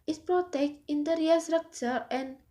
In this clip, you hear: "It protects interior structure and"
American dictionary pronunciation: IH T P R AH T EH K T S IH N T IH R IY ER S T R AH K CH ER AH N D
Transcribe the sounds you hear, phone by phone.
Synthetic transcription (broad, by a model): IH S P R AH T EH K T IH N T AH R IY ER S T R AH K CH ER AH N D